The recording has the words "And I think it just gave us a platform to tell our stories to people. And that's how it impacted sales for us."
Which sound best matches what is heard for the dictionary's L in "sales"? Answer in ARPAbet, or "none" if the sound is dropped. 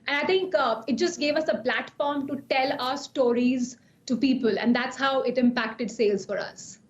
L